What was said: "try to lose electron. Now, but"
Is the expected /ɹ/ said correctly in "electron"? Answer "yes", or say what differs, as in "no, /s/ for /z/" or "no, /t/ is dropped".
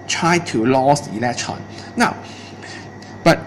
no, /ɹ/ is dropped